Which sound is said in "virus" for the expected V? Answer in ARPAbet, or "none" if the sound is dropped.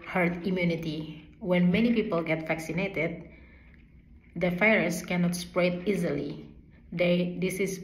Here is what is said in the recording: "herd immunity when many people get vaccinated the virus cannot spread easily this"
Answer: F